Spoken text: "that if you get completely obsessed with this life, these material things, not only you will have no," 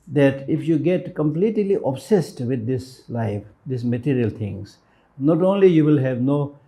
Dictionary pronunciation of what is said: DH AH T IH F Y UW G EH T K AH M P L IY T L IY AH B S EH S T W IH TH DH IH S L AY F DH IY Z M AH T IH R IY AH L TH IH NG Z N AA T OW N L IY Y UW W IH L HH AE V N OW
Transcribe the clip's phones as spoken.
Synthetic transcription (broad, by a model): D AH T IH F Y UW G EH T K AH M P L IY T L IY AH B S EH S T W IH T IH S L AY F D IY S M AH T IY R IY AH L T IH NG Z N AA T OW N L IY Y UW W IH L HH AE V N OW